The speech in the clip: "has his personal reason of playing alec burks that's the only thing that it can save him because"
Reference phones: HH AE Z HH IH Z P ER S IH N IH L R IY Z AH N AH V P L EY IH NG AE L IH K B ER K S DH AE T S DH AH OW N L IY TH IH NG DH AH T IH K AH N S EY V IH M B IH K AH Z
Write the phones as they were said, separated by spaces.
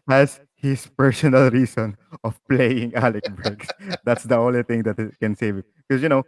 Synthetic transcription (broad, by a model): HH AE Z HH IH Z P ER S IH N IH L R IY S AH N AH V P L EY IH NG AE L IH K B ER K S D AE T S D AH OW N L IY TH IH NG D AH T IH K AH N S EY V IH M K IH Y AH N